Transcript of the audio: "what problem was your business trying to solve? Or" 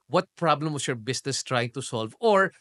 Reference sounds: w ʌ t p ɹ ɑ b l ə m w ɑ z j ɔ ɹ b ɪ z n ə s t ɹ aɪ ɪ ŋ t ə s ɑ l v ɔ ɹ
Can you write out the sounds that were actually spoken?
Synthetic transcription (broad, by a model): w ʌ t p ɹ ɑ b l ə m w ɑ s j ɔ ɹ b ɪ s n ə s t ɹ aɪ ɪ ŋ t ə s ɑ l v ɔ ɹ